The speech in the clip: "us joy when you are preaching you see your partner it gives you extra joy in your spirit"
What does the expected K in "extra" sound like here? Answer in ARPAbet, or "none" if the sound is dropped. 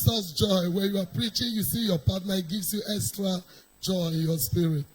K